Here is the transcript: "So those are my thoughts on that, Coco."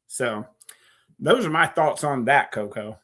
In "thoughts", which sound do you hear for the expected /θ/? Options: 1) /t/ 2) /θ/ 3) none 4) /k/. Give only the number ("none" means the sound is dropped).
2